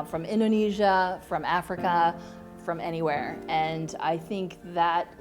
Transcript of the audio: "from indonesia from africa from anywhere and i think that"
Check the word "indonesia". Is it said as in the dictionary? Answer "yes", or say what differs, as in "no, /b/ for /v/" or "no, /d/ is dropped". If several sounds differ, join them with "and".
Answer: yes